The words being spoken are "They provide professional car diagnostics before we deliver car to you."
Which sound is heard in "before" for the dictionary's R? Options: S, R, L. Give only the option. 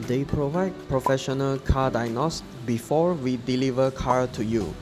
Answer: R